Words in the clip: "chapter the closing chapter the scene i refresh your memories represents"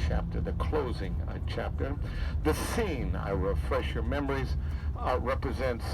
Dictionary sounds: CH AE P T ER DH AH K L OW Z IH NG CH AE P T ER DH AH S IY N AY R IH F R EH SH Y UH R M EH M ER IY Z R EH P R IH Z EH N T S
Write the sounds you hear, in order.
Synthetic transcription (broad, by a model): CH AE P T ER DH AH K L OW Z IH NG CH AE P T ER DH AH S IY N AY R IH F R EH SH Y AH R M EH M ER IY Z R EH P R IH Z EH N T S